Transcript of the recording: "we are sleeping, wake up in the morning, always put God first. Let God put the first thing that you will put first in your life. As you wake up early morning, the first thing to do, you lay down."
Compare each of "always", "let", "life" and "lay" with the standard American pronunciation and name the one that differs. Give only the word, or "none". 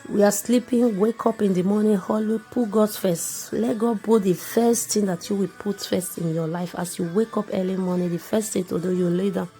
always